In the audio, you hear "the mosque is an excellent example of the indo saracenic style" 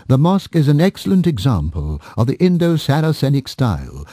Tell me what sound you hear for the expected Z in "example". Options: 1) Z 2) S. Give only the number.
1